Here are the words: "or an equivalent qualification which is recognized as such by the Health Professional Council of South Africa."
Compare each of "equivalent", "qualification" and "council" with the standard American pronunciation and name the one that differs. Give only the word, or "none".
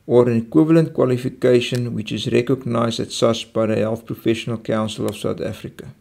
none